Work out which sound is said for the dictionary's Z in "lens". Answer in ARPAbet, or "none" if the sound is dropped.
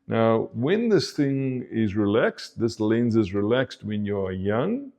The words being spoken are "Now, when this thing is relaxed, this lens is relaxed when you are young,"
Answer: Z